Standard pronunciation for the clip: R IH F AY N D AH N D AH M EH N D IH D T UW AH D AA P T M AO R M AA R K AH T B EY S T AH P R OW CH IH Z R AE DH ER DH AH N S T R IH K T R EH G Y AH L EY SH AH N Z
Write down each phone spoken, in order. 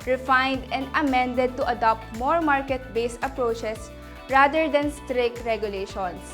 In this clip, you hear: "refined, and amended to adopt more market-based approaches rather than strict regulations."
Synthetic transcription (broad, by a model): R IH F AY N D AH N D AH M EH N D IH D T UW AH D AA P T M AO R M AA R K AH T B EY S AH P R OW CH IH S R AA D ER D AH N S T R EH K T R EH G Y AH L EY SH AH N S